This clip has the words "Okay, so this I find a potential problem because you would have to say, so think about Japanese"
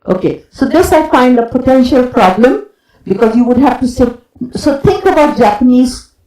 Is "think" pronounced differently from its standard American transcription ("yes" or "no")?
yes